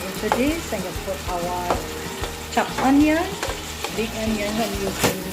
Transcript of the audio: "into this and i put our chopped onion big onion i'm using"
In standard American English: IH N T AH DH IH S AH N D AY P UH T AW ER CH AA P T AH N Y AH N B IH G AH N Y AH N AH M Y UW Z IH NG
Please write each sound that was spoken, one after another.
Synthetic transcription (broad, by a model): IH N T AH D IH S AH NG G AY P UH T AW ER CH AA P AH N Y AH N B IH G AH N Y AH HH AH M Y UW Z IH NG